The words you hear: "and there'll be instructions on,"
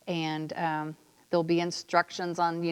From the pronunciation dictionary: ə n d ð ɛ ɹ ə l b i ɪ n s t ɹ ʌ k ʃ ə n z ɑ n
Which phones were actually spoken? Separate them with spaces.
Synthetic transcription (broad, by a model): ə n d ð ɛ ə l b i ɪ n s t ɹ ʌ k ʃ ə n z n